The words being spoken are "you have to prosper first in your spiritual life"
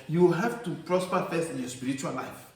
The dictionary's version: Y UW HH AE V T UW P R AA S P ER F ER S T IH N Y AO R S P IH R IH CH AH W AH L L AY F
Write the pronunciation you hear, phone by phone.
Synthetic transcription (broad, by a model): Y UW HH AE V T UW P R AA S P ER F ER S IH N Y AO S P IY R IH CH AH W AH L L AY F